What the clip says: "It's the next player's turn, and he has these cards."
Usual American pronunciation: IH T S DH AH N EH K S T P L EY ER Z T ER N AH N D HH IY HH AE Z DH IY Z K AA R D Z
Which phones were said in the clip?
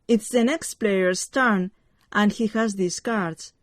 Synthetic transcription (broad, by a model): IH T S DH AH N EH K S T P L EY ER S T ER N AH N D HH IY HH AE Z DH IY S K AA R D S